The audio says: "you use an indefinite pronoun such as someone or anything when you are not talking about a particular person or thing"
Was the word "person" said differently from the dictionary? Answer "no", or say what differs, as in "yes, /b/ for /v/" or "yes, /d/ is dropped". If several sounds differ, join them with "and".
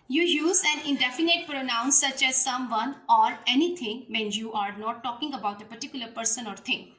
no